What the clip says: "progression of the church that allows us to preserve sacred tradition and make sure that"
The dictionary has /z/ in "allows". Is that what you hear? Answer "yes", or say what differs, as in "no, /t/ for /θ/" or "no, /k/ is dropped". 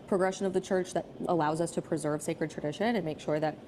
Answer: yes